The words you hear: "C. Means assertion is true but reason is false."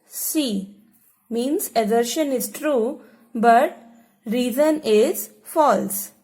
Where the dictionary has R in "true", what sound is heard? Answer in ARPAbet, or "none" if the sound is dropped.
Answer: R